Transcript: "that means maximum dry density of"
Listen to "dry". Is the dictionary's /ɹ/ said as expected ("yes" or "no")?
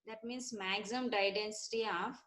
no